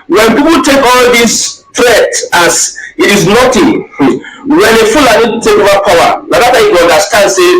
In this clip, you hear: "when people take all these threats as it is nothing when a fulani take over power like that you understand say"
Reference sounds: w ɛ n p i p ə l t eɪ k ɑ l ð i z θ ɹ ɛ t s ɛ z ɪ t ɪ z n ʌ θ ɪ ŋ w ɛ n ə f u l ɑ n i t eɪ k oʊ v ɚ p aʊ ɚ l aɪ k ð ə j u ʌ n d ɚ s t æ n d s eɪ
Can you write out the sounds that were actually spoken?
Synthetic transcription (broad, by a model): w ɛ n p i p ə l t eɪ k ɑ l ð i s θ ɹ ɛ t ɑ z ɪ t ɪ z n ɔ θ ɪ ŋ w ɛ n ə f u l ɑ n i t eɪ k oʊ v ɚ p aʊ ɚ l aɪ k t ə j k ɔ n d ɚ s t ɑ n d s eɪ